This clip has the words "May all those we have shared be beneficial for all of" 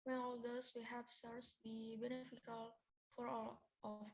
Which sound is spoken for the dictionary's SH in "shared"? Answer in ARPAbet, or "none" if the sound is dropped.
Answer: S